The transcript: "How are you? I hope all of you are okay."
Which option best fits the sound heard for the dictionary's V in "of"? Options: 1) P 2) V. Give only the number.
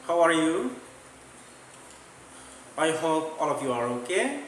1